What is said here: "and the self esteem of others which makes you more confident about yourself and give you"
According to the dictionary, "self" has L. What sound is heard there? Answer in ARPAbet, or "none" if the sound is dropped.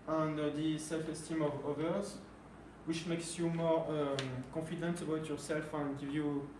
L